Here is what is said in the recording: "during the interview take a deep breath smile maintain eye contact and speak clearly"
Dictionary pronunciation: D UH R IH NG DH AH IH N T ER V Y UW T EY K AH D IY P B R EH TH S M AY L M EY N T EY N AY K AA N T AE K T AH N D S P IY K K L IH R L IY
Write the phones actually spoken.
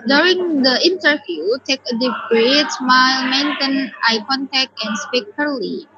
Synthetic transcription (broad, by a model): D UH R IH NG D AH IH N T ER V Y UW T EY K AH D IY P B R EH T S M AY L M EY N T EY N AY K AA N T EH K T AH N S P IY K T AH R L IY